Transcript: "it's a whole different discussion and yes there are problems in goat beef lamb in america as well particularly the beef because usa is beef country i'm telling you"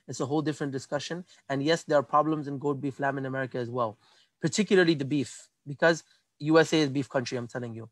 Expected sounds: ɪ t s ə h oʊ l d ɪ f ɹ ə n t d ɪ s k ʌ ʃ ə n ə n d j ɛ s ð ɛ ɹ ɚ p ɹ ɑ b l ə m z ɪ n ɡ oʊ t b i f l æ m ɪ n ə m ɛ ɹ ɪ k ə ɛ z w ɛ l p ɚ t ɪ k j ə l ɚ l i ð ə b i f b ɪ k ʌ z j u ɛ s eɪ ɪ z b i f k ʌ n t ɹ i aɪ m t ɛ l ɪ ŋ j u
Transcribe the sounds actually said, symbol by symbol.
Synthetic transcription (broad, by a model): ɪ t s ə h oʊ l d ɪ f ɹ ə n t d ɪ s k ʌ ʃ ə n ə n j ɛ s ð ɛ ɹ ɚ p ɹ ɑ b l ə m z ɪ n ɡ oʊ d b i f l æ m ɪ n ə m ɛ ɹ ɪ k ə z w ɛ l p ɚ t ɪ k j ə l ɚ l i ð ə b i f b ɪ k ʌ z j u ɛ s eɪ ɪ z b i f k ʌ n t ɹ i aɪ m t ɛ l ɪ ŋ j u